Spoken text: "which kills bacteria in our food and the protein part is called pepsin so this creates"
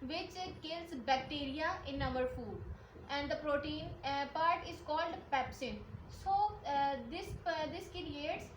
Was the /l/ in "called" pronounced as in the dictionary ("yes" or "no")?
yes